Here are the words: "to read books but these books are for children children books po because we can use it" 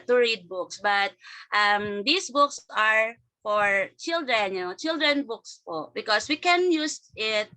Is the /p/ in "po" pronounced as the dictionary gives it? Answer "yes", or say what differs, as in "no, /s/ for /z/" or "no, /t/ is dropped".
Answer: yes